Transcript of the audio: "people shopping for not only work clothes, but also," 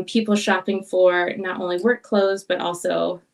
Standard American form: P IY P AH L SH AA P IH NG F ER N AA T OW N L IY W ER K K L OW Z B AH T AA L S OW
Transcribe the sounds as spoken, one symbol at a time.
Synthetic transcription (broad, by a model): P IY P L SH AA P IH NG F ER N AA T OW N L IY W ER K K L OW Z B AH T AA L S OW